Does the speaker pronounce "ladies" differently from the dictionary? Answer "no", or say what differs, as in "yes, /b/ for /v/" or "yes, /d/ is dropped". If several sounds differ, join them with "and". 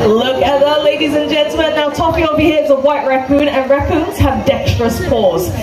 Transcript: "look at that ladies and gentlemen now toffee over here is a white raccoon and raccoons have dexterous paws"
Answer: no